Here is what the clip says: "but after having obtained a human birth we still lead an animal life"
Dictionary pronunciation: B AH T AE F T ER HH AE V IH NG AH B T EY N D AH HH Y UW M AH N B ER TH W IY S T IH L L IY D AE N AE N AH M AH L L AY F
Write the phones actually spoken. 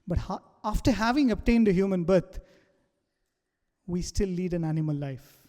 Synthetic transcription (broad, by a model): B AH T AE F T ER HH AE V IH NG AH B T EY N D AH HH Y UW M AH N B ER T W IY S T IH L L IY D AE N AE N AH M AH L L AY F